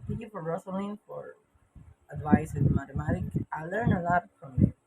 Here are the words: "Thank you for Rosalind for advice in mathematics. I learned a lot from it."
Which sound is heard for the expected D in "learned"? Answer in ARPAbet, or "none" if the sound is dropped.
none